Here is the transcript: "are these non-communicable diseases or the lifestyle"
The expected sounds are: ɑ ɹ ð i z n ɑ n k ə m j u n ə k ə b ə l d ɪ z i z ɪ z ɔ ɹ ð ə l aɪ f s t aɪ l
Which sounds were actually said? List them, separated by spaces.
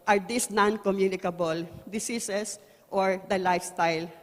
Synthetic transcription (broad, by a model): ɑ ɹ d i s n ɑ n k ə m j u n ə k ə b ə l d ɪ s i s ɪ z ɔ ɹ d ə l aɪ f s t aɪ l